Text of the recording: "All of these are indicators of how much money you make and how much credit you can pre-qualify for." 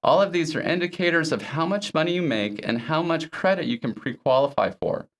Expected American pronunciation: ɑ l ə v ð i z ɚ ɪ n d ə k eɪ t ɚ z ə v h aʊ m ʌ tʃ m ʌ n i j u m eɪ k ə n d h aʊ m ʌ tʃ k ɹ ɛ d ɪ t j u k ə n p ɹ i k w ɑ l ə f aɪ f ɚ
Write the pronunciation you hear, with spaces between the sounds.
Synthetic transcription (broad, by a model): ɑ l ə v ð i z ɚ ɪ n d ə k eɪ t ɚ z ə v h aʊ m ʌ tʃ m ʌ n i j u m eɪ k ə n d h aʊ m ʌ tʃ k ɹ ɛ d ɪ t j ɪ k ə n p ɹ i k w ɑ l ə f aɪ f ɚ